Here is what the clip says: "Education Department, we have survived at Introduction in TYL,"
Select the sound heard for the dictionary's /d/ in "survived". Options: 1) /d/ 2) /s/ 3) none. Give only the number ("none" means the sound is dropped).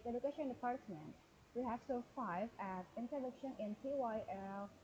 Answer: 3